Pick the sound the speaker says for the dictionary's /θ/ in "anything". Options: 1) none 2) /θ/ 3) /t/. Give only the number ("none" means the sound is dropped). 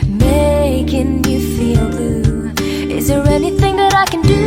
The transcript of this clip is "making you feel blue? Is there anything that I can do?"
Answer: 2